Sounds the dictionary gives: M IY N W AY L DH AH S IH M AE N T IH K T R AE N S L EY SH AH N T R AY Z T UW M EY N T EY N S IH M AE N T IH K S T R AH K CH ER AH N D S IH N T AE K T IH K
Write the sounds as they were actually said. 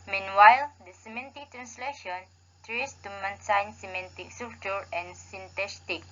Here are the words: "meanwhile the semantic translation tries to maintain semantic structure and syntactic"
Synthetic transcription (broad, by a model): M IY N W AY L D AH S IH M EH N T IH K T R AE N S L EY SH AH N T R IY S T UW M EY N S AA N S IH M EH N T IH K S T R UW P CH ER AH N S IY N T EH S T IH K